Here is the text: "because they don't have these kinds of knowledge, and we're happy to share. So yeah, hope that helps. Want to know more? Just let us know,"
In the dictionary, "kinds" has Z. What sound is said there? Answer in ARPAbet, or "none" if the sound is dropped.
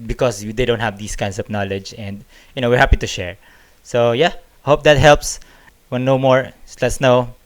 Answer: S